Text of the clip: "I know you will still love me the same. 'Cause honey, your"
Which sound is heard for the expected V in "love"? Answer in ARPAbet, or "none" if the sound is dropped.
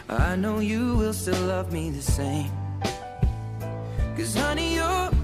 V